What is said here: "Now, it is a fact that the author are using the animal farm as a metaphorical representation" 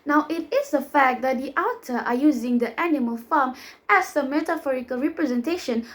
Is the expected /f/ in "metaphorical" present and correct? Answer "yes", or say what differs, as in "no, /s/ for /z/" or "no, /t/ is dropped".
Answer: yes